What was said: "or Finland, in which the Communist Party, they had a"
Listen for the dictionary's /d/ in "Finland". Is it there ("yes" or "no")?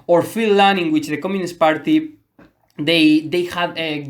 no